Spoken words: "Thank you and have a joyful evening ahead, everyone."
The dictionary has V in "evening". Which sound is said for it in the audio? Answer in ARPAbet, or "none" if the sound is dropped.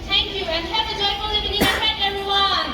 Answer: none